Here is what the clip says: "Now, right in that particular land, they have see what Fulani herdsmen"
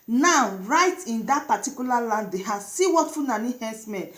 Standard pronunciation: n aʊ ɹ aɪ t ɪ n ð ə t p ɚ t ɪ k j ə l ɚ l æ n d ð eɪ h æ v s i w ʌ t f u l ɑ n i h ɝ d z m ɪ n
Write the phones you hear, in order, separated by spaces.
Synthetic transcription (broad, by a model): n aʊ ɹ aɪ t ɪ n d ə t p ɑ t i k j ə l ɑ l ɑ n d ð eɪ h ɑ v s i w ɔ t f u n ɑ n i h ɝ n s m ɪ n